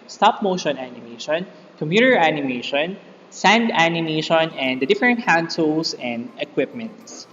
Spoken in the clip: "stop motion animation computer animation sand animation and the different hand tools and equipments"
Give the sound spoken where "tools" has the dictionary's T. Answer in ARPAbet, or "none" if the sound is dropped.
S